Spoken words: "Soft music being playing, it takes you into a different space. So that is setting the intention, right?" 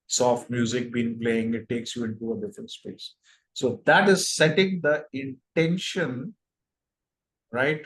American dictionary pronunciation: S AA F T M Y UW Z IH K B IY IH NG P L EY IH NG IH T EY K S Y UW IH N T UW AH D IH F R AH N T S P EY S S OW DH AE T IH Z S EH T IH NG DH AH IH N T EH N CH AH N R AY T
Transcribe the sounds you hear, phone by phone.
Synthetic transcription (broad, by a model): S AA F T M Y UW Z IH K B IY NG P L EY IH NG IH T EY K S Y UW IH N T UW AH D IH F R AH N T S P EY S S OW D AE T IH Z S EH T IH NG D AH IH N T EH N SH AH N R AY T